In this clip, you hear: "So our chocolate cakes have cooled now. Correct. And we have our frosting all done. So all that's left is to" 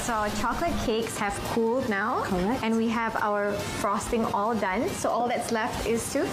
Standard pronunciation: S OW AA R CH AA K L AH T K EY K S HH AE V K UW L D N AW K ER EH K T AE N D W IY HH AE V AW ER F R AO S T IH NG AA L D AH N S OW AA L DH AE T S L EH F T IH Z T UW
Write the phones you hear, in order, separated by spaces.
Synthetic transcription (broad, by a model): S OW CH AA K L AH T K EY K S HH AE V K UW L D N AW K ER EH N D W IY HH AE V AW ER F R AO S T IH NG AA L D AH N S OW AA L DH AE T S L EH F T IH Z T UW